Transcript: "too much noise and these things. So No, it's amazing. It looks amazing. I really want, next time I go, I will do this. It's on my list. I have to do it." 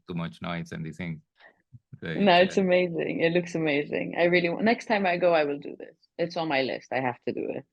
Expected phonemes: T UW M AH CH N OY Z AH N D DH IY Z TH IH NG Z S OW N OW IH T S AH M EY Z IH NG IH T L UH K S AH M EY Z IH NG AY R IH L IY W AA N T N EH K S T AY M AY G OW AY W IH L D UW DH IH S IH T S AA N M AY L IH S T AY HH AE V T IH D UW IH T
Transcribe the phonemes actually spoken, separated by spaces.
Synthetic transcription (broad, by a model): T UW M AH CH N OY S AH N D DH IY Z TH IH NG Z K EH N OW IH T S AH M EY Z IH NG IH T L UH K S AH M EY Z IH NG AY R IH L IY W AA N N EH K S T AY M AY G OW AY W IH L D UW DH IH S IH T S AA N M AY L IH S T AY HH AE F T IH D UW IH T